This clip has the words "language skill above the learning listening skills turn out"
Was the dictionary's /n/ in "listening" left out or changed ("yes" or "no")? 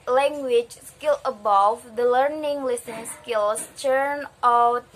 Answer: yes